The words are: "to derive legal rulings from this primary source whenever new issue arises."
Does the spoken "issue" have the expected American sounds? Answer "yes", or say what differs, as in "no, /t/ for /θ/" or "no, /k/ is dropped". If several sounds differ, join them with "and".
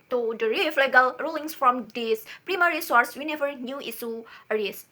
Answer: no, /s/ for /ʃ/